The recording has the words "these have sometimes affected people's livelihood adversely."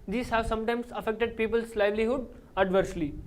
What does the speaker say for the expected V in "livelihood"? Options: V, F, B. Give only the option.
V